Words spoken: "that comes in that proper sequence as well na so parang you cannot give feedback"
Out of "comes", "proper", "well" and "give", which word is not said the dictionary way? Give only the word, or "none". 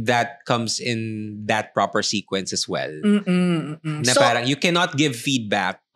comes